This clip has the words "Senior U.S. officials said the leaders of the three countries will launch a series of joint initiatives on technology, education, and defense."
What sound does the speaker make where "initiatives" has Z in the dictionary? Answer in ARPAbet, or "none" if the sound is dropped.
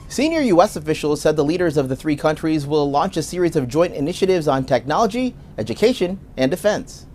Z